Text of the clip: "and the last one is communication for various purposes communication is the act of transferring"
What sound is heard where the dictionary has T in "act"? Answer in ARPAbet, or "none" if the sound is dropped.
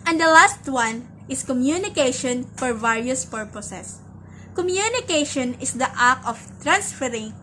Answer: none